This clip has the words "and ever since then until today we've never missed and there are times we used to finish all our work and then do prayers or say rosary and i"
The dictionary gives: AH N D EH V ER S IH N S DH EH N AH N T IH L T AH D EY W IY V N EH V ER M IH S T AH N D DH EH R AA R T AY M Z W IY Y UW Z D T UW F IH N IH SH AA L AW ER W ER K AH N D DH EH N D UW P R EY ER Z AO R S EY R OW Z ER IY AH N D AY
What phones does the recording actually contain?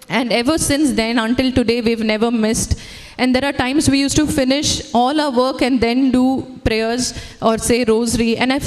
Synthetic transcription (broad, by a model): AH N D EH V ER S IH N S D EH N AH N T IH L T AH D EY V IY V N EH V ER M IH S T AH N D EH R AA R T AY M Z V IY Y UW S T UW F IH N IH SH AA L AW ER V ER K AH N D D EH N D UW P R EY ER Z AO R S EY R OW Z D IY AH N D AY